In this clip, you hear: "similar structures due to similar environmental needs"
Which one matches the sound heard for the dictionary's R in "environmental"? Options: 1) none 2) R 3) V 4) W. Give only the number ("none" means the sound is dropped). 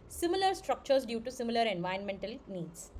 1